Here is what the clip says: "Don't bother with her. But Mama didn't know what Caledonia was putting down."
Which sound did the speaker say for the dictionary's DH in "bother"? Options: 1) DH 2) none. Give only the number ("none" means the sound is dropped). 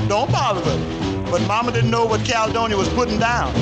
2